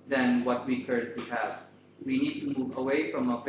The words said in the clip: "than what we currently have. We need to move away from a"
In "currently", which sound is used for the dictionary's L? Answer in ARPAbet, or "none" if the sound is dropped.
none